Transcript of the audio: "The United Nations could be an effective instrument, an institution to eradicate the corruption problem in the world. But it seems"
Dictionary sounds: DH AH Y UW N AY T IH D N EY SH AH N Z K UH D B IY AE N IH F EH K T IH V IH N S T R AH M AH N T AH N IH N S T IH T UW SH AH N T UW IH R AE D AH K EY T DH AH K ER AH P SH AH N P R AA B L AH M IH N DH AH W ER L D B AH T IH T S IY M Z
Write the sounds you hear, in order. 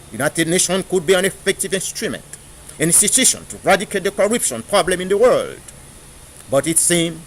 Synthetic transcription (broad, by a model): Y UW N AY T IH D N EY SH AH N K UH D B IY AE N IH F EH K T IH V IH N S T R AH M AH N T AH N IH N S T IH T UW SH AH N T UW R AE D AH K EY T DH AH K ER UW P SH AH N P R AA B L AH M IH N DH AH W ER L D B AH T IH T S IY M